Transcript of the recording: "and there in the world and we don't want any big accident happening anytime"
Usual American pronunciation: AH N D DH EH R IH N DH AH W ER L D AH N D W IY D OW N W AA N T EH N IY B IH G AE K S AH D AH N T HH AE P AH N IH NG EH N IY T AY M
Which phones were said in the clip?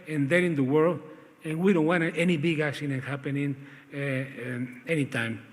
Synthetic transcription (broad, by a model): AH N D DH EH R IH N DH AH W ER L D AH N W IY D OW N W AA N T EH N IY B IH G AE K SH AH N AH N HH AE P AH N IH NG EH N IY T AY M